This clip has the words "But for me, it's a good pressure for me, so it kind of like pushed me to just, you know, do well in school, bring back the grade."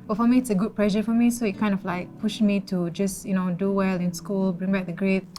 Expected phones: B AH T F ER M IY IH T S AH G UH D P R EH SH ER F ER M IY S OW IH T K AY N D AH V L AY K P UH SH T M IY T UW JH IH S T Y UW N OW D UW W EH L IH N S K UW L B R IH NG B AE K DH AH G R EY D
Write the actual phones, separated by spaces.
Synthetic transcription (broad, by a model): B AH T F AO M IY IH T S AH G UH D P L EH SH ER F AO M IY S OW IH T K AY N D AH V L AY K P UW SH M IY T UW JH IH S Y UW N OW D UW W EH L IH N S K UW L B R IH NG B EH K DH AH G R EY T